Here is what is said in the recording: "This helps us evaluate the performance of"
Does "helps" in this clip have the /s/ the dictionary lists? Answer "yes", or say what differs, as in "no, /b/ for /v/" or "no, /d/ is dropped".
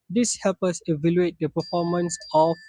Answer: no, /s/ is dropped